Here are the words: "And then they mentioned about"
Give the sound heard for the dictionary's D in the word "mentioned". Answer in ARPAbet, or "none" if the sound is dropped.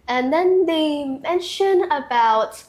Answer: none